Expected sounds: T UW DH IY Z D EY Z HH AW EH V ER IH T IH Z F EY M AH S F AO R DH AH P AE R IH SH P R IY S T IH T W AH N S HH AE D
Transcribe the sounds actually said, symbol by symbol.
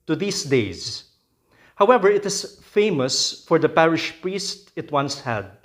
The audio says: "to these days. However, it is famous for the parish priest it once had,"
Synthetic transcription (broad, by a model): T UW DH IY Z D EY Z HH AW EH V ER IH T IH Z F EY M AH S F AO R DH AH P AE R IH SH P R IY S T IH T W AH N S HH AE D